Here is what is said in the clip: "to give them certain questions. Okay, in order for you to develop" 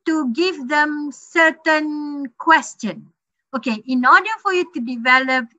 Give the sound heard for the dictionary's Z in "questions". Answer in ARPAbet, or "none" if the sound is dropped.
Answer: none